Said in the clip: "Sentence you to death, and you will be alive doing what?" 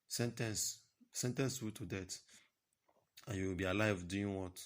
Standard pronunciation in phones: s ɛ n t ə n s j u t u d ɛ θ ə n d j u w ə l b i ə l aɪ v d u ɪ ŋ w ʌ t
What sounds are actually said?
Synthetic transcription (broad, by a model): s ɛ n t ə n s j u t u d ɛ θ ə n j u w ə l b i ə l aɪ v d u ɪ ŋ w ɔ t